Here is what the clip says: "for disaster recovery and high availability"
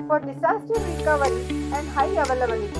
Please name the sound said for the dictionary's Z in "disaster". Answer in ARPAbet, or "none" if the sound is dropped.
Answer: S